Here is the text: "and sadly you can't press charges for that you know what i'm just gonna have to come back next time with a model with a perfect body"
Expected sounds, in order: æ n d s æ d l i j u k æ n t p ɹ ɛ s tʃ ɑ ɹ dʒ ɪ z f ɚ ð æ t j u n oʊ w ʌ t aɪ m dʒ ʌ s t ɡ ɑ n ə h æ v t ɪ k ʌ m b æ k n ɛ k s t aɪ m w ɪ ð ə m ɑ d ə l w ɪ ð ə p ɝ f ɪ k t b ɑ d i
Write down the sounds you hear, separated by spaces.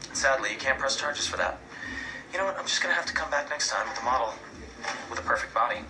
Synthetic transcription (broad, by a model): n s æ d l i j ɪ k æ n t p ɹ ɛ s tʃ ɑ ɹ dʒ ɪ z f ɚ ð æ t j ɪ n oʊ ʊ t aɪ m dʒ ʌ s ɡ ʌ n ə h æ f t ɪ k ʌ m b æ k n ɛ k s t aɪ m w ɪ ð ə m ɑ d l w ɪ ð ə p ɝ f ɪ k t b ɑ d i